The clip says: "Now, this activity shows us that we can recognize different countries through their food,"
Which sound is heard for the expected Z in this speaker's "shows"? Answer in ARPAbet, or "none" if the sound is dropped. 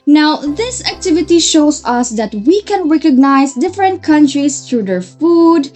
S